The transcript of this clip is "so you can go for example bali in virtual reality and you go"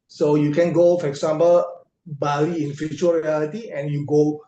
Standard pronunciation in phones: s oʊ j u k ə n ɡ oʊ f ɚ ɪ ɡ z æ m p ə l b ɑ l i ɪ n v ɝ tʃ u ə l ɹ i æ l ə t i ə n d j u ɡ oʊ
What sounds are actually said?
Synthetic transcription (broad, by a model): s oʊ j u k ə n ɡ oʊ f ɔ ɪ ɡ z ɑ m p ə l b ɑ l i ɪ n f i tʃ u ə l ɹ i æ l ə t i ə n j u ɡ oʊ